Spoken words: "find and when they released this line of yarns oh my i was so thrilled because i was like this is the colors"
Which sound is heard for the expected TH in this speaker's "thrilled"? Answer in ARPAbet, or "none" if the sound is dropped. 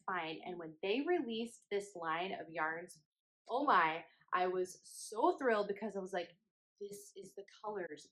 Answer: TH